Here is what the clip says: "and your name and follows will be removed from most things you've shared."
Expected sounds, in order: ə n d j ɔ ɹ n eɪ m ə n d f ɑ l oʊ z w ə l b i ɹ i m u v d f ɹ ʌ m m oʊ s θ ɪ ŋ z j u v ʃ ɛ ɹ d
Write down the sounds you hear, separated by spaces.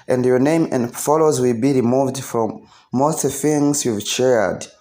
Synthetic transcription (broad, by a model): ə n d j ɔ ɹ n eɪ m ə n d f ɑ l oʊ z w ə l b i ɹ i m u v d f ɹ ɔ m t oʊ θ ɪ ŋ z j u v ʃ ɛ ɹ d